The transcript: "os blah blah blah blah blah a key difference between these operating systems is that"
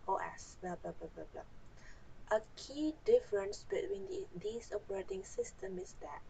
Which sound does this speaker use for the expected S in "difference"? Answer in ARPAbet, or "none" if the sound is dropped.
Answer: S